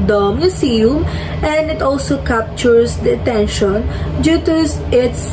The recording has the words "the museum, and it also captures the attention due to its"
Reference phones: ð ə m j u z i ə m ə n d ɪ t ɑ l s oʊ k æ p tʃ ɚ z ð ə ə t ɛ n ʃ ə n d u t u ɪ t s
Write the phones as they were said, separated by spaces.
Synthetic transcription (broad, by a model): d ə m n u s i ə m ə n d ɪ t ɑ l s oʊ k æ p tʃ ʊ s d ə ə t ɛ n ʃ ə n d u t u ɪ t s